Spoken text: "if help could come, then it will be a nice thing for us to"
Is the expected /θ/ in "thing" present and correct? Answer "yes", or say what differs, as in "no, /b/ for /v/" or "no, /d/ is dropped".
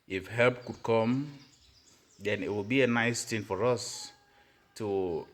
no, /t/ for /θ/